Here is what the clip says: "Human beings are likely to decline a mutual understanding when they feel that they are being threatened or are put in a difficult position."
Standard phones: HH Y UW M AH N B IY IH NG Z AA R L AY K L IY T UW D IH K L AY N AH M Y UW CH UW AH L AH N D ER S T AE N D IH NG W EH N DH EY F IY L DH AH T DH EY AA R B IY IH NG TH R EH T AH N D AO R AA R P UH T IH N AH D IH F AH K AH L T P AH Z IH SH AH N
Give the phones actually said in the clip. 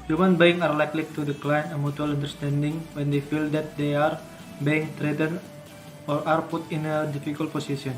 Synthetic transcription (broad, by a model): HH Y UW M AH N B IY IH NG AA R L AY K L IY T UW D IH K L AY N AH M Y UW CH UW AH L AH N D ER S T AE N D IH NG W EH N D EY F IY L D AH T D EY AA R B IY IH NG T R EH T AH N AO R AA R P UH T IH N AH D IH F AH K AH L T P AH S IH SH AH N